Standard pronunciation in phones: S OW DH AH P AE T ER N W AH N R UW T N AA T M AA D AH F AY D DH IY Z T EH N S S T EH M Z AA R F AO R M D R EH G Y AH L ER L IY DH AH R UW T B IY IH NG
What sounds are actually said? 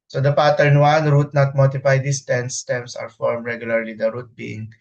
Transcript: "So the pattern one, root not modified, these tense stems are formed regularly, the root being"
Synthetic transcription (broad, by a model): S OW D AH P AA T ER N W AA N R UW T N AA T M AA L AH P AY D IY S T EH N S S T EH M S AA R F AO R M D R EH G Y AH L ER L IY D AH R UW T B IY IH NG